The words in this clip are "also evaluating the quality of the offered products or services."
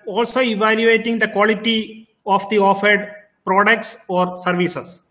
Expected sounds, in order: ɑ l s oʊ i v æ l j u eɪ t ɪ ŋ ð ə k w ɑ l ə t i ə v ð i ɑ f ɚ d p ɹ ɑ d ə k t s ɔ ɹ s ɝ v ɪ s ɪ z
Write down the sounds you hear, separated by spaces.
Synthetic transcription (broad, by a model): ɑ l s oʊ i v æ l j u eɪ t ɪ ŋ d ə k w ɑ l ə t i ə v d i ɑ f ɚ d p ɹ ɑ d ə k t s ɔ ɹ s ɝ v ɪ s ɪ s